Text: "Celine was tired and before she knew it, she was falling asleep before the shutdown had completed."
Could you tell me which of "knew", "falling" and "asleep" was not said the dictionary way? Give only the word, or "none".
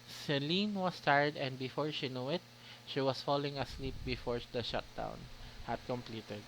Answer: none